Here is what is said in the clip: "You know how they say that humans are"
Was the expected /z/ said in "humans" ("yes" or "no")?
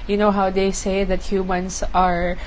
no